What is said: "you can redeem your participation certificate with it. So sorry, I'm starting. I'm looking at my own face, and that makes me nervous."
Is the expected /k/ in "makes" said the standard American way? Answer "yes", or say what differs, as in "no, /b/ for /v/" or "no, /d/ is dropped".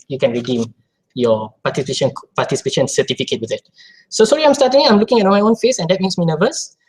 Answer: no, /k/ is dropped